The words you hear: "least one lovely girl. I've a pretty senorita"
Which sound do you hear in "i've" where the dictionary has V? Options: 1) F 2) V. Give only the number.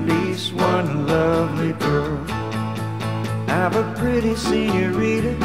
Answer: 2